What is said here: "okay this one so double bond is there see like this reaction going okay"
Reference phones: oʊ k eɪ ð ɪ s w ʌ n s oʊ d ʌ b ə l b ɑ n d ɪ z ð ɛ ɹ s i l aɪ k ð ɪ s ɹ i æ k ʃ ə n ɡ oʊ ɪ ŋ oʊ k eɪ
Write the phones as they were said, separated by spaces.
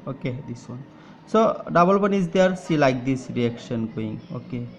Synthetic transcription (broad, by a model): oʊ k eɪ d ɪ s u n s oʊ d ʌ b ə l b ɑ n ɪ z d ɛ ɹ s i l aɪ k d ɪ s ɹ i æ k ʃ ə n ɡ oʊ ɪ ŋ oʊ k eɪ